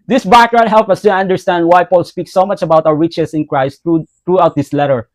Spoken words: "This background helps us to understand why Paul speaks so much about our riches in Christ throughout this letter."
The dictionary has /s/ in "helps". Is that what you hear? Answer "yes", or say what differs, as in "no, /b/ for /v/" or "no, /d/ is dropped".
no, /s/ is dropped